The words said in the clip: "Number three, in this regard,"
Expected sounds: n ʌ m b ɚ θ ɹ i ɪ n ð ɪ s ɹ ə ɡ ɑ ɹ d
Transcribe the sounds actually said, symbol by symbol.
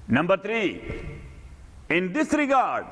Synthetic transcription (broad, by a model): n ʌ m b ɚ t ɹ i ɪ n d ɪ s ɹ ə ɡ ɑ ɹ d